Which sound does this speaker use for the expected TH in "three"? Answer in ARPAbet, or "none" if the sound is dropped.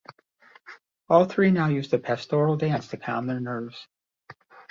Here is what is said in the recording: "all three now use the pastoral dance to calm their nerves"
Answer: TH